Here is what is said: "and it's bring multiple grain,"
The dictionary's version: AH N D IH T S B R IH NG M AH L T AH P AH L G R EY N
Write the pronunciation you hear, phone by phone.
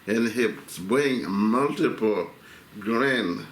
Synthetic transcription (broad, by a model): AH N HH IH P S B IH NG M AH L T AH P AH L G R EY N